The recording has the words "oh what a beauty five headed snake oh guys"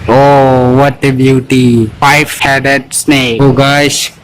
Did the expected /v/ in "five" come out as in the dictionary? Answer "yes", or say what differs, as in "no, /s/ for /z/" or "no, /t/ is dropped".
no, /f/ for /v/